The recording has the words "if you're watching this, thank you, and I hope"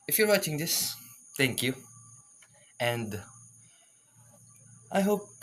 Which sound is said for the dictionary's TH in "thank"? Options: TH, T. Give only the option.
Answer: T